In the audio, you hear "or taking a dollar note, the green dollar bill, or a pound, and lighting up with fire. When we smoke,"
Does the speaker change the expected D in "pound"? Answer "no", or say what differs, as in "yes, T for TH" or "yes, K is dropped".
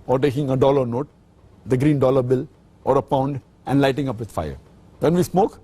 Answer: no